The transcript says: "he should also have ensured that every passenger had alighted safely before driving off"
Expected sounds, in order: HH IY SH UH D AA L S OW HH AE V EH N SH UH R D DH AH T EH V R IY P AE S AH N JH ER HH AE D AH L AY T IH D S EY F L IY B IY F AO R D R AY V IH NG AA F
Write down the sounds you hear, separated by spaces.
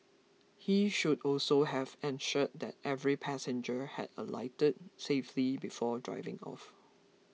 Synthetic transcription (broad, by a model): HH IY SH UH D AA L S OW HH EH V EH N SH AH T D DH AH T EH V R IY P AE S AH N JH ER HH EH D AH L AY T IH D S EY F L IY B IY F AO D R AY V IH NG AA F